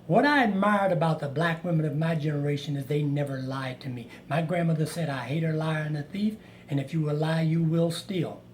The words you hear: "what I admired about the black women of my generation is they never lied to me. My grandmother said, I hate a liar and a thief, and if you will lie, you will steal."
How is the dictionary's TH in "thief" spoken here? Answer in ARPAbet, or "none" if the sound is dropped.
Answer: TH